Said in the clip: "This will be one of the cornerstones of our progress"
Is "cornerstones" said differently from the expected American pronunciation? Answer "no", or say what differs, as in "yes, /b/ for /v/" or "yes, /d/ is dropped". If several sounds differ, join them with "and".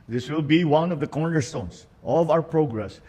yes, /s/ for /z/